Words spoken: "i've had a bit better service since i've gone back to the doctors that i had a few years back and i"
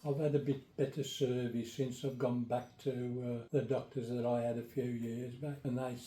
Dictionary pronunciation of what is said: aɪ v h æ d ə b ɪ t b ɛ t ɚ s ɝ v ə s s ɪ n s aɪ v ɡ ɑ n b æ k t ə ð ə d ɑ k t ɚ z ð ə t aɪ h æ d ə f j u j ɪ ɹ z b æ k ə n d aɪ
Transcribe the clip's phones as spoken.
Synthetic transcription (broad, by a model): aɪ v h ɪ d ə b ɪ t b ɛ t ɚ s ɝ v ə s s ɪ n s aɪ v ɡ ɑ n b æ k t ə ð ə d ɑ k t ɚ z ð ə t aɪ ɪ d ə f j u j ɪ ɹ z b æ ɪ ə n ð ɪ